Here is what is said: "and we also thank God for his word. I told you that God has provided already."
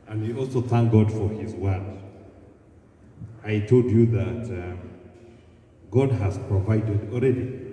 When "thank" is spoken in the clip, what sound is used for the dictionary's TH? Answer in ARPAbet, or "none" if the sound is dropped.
TH